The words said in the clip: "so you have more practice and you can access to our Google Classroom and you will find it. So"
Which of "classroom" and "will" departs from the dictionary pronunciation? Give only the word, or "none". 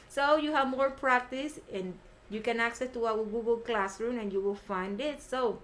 none